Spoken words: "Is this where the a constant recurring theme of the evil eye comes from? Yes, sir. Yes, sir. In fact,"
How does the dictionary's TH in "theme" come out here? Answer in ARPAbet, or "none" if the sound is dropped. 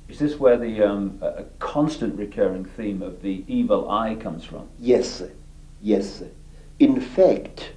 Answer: TH